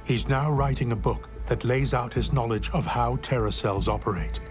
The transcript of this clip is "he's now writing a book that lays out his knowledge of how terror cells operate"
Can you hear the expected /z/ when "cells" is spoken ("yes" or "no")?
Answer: yes